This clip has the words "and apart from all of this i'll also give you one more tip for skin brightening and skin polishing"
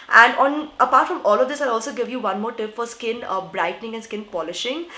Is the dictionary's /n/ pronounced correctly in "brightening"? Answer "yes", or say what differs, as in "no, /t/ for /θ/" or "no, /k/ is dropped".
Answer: yes